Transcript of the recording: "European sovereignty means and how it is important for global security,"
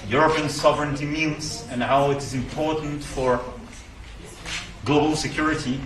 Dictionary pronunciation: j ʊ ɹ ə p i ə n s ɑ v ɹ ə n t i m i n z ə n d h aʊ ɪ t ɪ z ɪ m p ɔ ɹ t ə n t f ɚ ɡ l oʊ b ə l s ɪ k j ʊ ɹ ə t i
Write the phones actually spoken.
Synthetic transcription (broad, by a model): j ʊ ɹ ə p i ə n s ɑ v ɹ ə n t i m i l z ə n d h aʊ ɪ t ɪ z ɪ m p ɔ ɹ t n t f ɚ ɡ l oʊ b ə l s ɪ k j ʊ ɹ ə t i